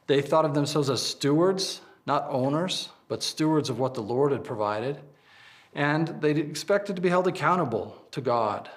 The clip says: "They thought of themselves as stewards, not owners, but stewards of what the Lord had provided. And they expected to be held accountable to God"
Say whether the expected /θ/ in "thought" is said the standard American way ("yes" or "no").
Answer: yes